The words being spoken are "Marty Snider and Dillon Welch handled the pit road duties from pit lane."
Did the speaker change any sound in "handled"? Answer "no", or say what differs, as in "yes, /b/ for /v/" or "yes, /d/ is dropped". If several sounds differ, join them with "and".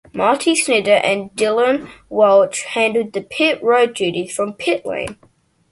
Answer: yes, /l/ is dropped